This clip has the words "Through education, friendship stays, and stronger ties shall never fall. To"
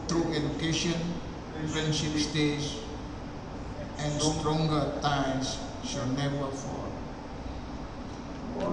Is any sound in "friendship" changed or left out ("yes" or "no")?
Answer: yes